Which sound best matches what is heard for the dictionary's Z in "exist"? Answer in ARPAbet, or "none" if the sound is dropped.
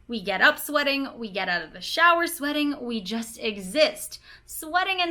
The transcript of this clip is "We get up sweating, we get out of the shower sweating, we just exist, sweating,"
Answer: Z